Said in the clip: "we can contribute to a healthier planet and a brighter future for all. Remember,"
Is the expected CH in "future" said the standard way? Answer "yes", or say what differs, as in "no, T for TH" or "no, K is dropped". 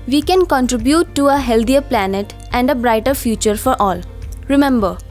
yes